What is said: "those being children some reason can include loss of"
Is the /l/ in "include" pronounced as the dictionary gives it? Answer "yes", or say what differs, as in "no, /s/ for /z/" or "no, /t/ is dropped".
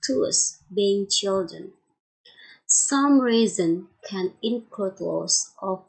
no, /l/ is dropped